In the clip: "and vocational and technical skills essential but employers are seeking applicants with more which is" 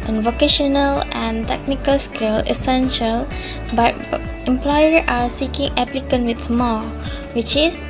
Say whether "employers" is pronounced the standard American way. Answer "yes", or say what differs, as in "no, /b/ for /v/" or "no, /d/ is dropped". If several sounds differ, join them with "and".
no, /z/ is dropped